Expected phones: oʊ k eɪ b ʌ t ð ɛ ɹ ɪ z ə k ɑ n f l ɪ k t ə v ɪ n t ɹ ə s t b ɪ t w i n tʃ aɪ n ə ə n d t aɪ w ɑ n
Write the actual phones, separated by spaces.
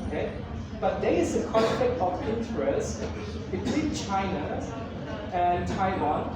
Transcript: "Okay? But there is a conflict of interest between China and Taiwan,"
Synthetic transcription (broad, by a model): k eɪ b ʌ t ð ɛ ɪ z ə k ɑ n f ɪ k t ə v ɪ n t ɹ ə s b ɪ t w i n tʃ aɪ n ə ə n t aɪ w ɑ n